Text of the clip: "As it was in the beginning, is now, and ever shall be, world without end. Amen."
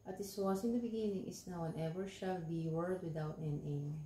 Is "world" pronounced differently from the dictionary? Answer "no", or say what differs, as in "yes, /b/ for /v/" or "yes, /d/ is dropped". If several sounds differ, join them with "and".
yes, /l/ is dropped